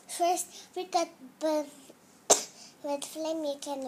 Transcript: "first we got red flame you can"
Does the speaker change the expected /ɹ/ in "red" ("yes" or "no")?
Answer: yes